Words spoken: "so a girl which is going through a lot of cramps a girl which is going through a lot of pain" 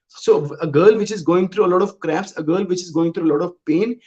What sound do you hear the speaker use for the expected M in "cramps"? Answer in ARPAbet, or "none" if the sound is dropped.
none